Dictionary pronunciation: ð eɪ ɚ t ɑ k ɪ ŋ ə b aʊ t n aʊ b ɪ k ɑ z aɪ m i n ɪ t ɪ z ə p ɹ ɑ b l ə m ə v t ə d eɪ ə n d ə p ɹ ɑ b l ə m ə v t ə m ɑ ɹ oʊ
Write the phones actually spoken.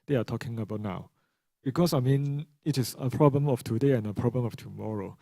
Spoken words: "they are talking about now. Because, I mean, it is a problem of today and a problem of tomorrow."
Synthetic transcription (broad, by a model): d eɪ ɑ t ɑ k ɪ ŋ ə b aʊ t n aʊ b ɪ k ɑ s aɪ m i n ɪ t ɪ s ə p ɹ ɑ b l ə m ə f t ə d eɪ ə n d ə p ɹ ɑ b l ə m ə f t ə m ɑ ɹ oʊ